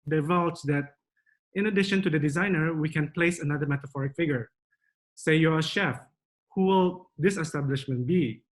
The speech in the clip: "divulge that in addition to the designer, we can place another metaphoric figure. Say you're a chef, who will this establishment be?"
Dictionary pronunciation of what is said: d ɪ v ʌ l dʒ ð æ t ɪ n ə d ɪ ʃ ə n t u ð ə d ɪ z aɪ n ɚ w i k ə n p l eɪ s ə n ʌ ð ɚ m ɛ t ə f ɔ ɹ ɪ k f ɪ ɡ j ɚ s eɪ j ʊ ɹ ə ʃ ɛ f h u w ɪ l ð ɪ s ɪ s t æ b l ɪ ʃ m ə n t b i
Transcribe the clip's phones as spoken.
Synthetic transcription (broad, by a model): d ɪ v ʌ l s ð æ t ɪ n ə d ɪ ʃ ə n t u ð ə d ɪ z aɪ n ɚ w i k ə n p l eɪ s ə n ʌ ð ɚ m ɛ t ə f ɔ ɹ ɪ k f ɪ ɡ j ɚ s eɪ j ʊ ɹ ə ʃ ɛ f h u w ɪ l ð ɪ s ɪ s t æ b l ɪ ʃ m ə n t b i